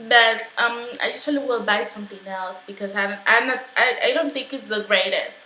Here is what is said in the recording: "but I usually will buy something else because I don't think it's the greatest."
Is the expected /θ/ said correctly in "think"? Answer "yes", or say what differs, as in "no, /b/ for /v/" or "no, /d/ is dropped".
yes